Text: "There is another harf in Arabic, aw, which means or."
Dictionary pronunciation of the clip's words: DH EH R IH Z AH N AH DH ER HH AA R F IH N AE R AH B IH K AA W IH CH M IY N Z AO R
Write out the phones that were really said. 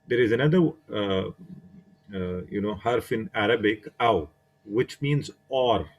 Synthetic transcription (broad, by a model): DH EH R IH Z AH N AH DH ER HH AA R F IH N AE R AH B IH K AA W IH CH M IY N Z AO R